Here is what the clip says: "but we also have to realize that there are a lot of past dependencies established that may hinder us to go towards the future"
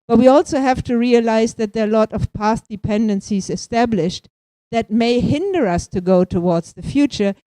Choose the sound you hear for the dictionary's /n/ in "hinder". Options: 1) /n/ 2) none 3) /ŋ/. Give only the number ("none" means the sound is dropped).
1